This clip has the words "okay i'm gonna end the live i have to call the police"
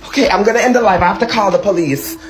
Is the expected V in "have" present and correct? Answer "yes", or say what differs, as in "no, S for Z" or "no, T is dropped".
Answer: no, F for V